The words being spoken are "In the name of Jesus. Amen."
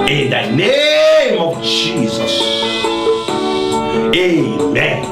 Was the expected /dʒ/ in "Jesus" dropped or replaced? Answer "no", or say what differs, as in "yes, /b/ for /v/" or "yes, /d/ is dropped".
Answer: no